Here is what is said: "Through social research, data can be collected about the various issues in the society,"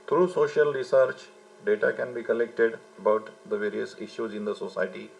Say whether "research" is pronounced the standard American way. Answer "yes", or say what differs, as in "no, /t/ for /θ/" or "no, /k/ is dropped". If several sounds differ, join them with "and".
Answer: yes